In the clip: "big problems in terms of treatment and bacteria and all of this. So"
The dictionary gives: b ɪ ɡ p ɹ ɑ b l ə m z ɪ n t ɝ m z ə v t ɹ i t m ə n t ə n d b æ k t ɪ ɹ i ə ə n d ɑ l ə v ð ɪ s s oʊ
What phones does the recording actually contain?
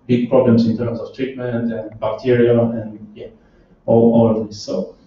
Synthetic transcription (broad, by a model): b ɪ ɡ p ɹ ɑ b l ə m s ɪ n t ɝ m s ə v t ɹ i t m ə n t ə n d b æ k t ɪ ɹ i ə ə n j ɑ l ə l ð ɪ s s oʊ